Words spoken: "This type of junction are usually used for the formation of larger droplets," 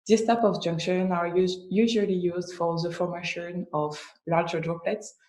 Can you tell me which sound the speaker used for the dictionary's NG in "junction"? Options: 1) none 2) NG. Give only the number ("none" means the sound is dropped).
2